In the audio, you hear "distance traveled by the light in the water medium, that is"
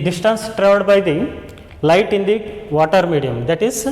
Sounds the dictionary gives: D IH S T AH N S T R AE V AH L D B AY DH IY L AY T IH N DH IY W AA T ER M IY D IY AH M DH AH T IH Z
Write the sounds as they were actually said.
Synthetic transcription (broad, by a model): D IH S T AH N S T R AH D B AY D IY L AY T IH N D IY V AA T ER M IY D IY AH M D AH T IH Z